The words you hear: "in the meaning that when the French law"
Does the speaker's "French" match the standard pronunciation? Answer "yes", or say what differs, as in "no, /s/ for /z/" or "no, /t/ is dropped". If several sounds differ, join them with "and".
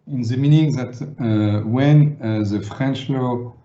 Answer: yes